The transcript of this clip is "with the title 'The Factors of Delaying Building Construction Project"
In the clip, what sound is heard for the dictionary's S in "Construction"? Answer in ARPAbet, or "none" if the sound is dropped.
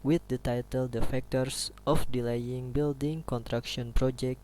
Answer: none